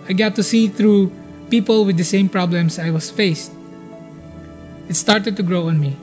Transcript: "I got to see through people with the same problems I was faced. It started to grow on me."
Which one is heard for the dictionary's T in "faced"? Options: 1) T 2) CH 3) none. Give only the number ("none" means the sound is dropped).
1